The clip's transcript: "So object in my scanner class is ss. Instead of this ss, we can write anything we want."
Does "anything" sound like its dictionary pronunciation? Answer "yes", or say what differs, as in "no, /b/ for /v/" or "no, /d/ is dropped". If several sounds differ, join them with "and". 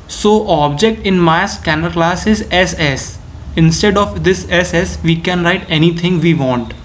no, /t/ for /θ/